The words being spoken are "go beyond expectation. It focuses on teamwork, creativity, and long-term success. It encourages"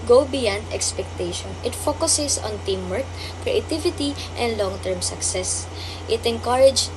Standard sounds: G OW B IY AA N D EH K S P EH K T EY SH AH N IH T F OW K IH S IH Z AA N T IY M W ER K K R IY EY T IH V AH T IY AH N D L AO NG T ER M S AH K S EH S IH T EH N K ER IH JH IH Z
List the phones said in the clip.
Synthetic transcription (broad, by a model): G OW B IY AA N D EH K S P EH K T EY SH AH N IH T F OW K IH S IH S AA N T IY M W ER K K R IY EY T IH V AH T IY AH N D L AO NG T ER M S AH K S EH S IH T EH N K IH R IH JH